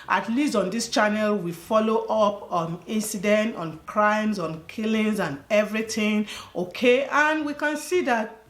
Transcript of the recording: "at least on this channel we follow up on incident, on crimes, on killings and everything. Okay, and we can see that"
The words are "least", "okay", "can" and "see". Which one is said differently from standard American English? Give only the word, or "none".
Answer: none